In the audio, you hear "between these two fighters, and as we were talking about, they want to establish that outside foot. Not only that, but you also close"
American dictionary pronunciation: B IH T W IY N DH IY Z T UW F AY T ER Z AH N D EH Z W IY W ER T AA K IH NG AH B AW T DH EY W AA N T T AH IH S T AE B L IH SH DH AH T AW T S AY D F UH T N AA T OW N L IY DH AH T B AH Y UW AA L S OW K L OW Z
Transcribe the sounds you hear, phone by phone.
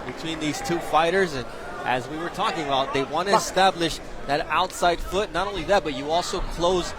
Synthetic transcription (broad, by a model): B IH T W IY N DH IY Z T UW F AY T ER Z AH N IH Z W IY W ER T AA K IH NG AH B AW T DH EY W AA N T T IH S T AE B L IH SH DH AH T AW T S AY D F UH T N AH T OW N L IY DH AH T B AH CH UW AA L S OW K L OW Z